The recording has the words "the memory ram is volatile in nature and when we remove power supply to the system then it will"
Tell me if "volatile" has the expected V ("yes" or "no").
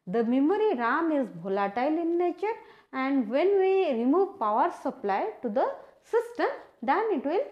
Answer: no